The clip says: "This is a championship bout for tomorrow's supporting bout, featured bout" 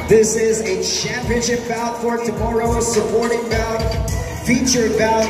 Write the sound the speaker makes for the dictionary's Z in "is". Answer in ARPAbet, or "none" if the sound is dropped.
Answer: Z